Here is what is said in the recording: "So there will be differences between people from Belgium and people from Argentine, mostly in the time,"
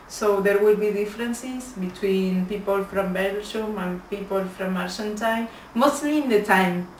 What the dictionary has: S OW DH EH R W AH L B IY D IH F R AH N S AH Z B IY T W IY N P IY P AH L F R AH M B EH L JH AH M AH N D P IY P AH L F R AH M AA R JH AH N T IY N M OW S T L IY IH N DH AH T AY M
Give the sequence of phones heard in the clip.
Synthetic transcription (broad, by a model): S OW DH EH R W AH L B IY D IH F R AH N S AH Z B IY T W IY N P IY P AH L F R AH M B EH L SH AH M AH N P IY P AH L F R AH M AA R SH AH N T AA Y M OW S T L IY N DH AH T AY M